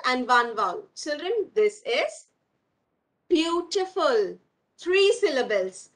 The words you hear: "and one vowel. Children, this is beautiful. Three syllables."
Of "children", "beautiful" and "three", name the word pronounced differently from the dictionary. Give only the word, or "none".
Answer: three